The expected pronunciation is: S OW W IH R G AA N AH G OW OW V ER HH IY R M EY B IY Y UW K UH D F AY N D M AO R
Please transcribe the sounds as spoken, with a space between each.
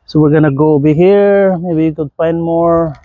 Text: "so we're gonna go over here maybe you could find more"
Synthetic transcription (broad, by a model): S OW W IH R G AA N AH G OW OW B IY HH IY R M EY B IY Y UW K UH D F AY N D M AO R